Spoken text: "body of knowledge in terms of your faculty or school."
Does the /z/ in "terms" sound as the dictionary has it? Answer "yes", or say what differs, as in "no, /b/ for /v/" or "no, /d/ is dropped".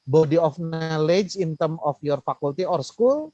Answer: no, /z/ is dropped